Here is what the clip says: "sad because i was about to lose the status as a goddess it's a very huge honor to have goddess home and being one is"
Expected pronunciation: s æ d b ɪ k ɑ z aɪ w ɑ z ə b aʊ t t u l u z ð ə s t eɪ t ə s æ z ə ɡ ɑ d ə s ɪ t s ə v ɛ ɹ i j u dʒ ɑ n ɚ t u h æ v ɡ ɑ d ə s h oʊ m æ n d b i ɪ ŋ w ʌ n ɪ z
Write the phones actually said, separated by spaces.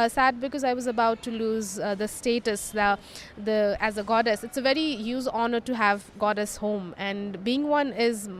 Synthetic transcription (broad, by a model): s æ d b ɪ k ɑ z aɪ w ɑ z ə b aʊ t t u l u z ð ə s t eɪ t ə s æ z ə ɡ ɑ d ə s ɪ t s ə v ɛ ɹ i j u z ɑ n ɚ t u h æ v ɡ ɑ d ə s h oʊ m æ n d b i ɪ ŋ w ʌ n ɪ z